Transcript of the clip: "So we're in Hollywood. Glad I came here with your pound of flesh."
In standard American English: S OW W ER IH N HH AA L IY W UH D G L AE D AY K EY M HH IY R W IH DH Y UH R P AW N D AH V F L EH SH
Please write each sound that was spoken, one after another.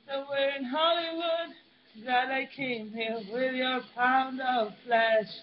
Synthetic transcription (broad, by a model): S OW W ER IH N HH AA L IY W UH D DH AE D AY K EY M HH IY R W IH DH Y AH R P AW N D AH V F L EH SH